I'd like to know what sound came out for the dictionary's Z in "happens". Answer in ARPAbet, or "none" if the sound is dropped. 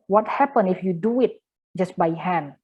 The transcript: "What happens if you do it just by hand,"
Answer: none